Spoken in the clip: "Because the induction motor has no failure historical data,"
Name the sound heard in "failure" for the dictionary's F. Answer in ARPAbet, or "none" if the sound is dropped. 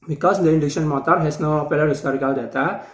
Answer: P